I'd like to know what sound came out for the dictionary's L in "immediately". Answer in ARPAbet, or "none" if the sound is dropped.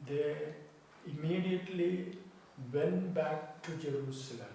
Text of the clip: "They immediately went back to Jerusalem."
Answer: L